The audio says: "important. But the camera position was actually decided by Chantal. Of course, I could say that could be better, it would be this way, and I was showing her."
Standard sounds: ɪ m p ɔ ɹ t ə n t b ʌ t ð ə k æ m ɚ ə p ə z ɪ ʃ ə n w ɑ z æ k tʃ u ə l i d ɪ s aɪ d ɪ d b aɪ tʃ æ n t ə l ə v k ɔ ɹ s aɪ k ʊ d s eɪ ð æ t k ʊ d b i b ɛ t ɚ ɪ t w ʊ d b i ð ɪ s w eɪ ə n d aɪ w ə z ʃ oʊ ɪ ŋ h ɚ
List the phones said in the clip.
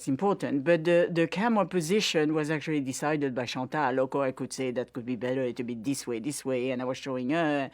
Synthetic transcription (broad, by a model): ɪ m p ɔ ɹ t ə n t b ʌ t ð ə k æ m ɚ p ə z ɪ ʃ ə n w ɑ z æ k tʃ u ə l i d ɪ s aɪ d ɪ d b aɪ ʃ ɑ t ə l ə k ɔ aɪ k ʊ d s eɪ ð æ t k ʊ d b i b ɛ t ɚ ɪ t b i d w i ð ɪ s w eɪ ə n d aɪ w ə z ʃ oʊ ɪ ŋ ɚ